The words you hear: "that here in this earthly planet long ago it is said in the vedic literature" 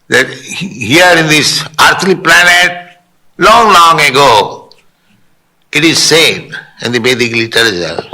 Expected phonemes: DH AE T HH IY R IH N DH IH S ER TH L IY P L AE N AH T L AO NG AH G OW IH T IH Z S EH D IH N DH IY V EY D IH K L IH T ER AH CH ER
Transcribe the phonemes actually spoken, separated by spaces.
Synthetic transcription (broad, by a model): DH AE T HH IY R IH N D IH S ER T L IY P L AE N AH T L AO NG AH G OW IH T IH Z S EH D IH N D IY B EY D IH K L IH T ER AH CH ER